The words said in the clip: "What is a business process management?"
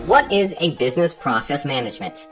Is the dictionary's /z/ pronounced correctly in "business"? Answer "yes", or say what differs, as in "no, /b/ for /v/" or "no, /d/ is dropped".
yes